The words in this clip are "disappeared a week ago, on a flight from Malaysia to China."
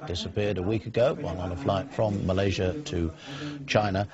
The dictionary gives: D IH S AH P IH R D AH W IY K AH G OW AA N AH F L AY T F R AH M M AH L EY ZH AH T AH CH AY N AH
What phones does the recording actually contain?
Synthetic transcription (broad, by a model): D IH S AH P IH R D AH W IY K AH G OW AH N AH F L AY T F R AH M M AH L EY ZH AH T AH CH AY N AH